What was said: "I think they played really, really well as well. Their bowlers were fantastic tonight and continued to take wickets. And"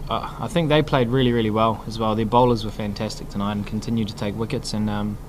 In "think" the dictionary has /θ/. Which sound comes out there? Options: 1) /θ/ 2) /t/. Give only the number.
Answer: 1